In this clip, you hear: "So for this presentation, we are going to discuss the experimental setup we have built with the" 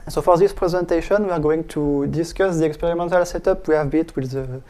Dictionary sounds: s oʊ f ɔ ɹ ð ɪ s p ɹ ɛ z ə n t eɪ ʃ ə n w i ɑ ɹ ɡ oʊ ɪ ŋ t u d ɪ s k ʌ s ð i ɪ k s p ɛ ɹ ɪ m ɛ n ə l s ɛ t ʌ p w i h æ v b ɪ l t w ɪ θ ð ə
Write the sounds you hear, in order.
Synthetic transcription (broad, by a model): s oʊ f ɔ ɹ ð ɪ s p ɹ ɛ z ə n t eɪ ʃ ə n w i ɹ ɡ oʊ ɪ ŋ t u d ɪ s k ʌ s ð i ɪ k s p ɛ ɹ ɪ m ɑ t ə l s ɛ t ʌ p w i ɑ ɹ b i t w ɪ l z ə